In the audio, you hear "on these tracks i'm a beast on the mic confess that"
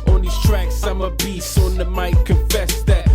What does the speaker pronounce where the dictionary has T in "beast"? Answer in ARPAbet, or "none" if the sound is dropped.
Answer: none